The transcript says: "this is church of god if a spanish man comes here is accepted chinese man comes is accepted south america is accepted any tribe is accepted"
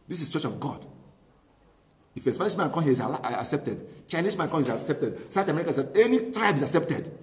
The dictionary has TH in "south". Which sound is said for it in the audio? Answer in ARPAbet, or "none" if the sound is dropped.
T